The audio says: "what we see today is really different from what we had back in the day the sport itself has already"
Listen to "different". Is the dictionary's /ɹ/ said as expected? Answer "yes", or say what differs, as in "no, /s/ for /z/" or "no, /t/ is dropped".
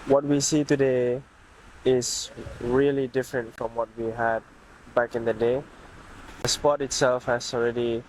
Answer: yes